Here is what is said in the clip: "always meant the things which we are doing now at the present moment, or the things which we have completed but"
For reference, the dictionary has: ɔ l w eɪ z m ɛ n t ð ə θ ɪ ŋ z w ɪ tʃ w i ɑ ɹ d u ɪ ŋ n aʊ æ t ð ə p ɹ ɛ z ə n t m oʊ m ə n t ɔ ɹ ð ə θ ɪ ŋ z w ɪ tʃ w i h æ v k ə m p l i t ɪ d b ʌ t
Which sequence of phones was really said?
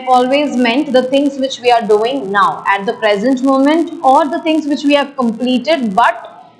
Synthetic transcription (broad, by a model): ɔ l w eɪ z m ɛ n t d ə t ɪ ŋ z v ɪ tʃ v i ɑ ɹ d u ɪ ŋ n aʊ æ t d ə p ɹ ɛ z ə n t m oʊ m ə n t ɔ ɹ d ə t ɪ ŋ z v ɪ tʃ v i h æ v k ə m p l i t ɪ d b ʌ t